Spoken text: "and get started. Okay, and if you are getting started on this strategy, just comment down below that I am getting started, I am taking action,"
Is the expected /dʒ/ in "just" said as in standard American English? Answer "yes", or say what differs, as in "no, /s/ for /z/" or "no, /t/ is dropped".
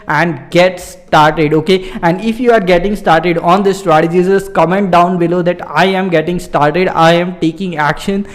no, /z/ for /dʒ/